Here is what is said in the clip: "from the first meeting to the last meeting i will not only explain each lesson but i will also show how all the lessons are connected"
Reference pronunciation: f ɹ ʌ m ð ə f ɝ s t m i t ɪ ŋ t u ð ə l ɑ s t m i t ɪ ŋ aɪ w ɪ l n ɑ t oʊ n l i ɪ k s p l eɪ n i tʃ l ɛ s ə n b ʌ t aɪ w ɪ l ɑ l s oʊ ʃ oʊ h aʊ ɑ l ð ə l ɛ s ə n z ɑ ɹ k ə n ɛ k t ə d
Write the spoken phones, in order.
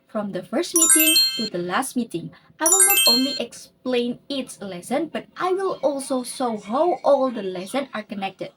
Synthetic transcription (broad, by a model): f ɹ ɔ m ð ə f ɝ s t m i t ɪ ŋ t u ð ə l ɑ s t m i t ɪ ŋ aɪ w ɪ l n ɑ t oʊ n l i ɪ k s p l eɪ n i s l ɛ s ə n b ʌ t aɪ w ɪ l ɑ l s oʊ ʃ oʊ h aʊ ɑ l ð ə l ɛ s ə n ɑ ɹ k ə n ɛ k t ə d